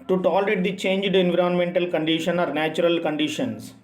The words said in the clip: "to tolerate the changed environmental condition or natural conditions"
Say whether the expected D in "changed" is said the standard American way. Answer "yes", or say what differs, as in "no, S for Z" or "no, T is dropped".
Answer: yes